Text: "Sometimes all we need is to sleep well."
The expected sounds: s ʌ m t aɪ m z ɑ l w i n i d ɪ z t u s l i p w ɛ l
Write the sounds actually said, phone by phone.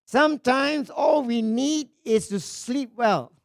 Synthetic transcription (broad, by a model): s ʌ m t aɪ m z ɑ l w i n i d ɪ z t u s l i p w ɛ l